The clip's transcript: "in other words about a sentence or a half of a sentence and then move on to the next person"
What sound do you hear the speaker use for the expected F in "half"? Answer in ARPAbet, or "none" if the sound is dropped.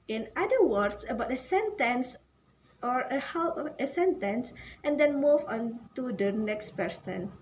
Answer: P